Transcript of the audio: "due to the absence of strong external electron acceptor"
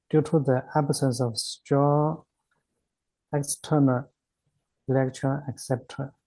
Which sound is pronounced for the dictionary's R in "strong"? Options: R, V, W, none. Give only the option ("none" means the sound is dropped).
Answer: none